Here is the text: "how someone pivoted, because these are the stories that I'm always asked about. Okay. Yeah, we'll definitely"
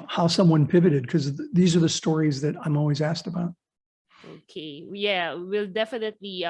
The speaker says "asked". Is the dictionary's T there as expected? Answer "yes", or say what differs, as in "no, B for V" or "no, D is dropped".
yes